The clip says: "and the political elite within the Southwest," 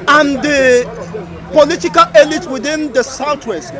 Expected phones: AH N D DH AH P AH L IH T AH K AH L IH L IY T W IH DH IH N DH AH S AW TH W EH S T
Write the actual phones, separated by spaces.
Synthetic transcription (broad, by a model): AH N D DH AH P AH L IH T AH K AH L IH L IY T W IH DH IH N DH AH S AW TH W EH S T